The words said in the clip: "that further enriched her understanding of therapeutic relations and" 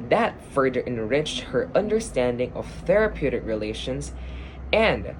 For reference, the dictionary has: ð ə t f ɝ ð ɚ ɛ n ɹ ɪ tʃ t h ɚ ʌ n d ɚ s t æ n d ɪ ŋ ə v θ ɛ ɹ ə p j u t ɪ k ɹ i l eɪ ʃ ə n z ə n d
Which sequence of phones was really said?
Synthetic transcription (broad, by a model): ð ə t f ɝ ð ɚ ɛ n ɹ ɪ tʃ t h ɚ ʌ n d ɚ s t æ n d ɪ ŋ ə v θ ɛ ɹ ə p j u t ɪ k ɹ i l eɪ ʃ ə n z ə n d